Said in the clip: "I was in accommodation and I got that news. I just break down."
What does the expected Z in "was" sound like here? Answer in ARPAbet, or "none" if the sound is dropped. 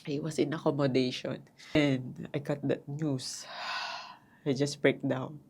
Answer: S